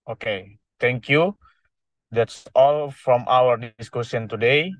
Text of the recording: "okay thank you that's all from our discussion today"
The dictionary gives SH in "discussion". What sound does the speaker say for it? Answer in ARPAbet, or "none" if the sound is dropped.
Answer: S